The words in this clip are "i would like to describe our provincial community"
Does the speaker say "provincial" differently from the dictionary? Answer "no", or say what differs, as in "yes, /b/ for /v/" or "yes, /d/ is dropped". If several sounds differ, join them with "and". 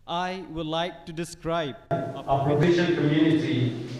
yes, /n/ is dropped